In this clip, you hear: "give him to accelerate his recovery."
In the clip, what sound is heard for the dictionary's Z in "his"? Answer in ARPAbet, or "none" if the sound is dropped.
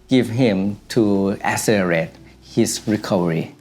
S